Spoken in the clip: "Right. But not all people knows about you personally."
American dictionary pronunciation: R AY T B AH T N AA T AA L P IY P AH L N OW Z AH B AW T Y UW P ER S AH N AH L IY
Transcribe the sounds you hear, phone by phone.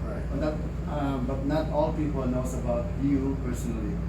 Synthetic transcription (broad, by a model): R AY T B AH T N AA T AA L P IY P AH L N OW S AH B AW T Y UW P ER S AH N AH L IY